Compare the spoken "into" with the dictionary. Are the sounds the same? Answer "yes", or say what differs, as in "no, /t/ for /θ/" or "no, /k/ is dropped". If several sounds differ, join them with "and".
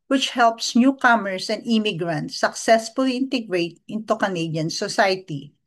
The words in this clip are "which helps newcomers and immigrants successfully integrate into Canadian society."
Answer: yes